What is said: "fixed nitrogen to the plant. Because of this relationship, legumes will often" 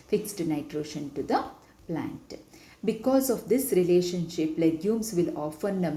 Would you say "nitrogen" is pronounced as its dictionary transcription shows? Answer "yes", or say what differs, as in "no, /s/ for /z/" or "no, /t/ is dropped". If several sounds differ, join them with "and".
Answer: no, /ʃ/ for /dʒ/